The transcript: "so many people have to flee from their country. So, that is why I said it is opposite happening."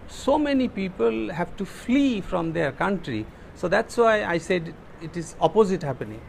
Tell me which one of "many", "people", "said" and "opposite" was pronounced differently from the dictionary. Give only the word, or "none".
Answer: none